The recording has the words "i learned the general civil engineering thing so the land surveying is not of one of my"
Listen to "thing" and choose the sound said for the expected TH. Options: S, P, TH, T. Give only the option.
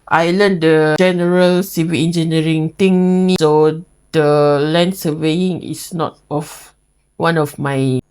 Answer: T